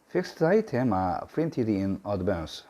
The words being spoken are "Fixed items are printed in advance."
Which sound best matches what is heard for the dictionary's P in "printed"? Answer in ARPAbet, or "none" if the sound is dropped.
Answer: F